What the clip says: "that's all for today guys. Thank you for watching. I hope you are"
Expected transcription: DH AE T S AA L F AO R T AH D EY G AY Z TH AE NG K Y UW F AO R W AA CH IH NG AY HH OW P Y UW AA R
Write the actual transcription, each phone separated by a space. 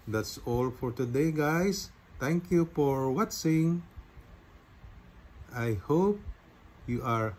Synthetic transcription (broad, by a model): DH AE T S AA L F AO R T AH D EY G AY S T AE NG K Y UW F AO R W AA S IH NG AY HH OW P Y UW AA R